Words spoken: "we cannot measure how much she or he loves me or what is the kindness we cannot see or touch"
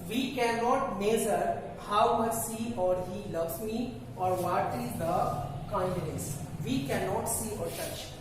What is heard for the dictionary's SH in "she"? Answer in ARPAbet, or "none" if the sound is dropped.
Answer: S